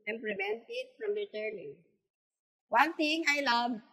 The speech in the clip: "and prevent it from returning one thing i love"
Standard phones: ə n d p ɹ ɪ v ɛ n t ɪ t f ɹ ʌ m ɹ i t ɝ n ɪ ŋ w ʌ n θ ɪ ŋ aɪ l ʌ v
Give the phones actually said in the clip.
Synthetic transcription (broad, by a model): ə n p ɹ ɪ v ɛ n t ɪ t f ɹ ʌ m l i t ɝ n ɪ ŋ w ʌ n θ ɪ ŋ aɪ l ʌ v